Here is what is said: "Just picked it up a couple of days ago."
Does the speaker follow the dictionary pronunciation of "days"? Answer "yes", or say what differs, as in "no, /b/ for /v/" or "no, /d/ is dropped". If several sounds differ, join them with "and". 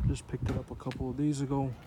yes